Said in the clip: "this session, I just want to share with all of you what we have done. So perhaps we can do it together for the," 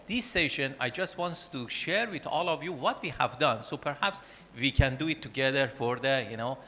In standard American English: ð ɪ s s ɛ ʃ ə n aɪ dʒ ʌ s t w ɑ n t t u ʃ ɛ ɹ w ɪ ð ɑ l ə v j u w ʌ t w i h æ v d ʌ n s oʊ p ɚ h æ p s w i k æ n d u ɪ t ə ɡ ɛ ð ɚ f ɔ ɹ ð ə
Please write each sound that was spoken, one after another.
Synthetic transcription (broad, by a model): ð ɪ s s ɛ ʃ ə n aɪ dʒ ʌ s t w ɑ n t t u ʃ ɛ ɹ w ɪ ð ɑ l ə v j u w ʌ t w i h æ v d ʌ n s oʊ p ɚ h æ p s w i k æ n d u ɪ t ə ɡ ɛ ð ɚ f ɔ ɹ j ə